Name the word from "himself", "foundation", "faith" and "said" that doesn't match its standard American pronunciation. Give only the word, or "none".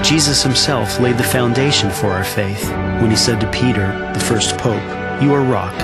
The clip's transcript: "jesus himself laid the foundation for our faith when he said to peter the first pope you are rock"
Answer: none